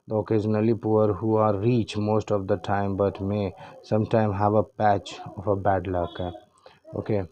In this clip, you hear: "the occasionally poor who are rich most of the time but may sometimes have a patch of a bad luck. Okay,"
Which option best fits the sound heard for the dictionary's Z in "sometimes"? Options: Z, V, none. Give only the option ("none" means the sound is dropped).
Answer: none